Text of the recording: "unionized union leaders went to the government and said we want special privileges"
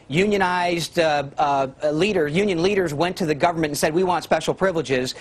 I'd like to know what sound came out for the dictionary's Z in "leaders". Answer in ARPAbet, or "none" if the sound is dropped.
Z